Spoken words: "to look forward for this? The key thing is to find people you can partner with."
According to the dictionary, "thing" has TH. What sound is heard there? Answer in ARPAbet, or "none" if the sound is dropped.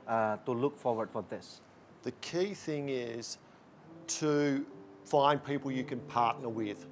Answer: TH